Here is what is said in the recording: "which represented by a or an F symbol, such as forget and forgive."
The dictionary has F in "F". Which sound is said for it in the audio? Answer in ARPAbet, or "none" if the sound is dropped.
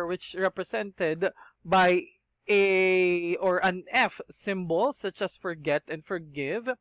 F